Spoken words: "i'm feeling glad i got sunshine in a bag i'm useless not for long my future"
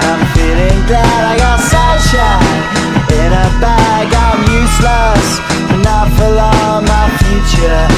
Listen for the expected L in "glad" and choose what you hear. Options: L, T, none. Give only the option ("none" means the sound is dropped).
L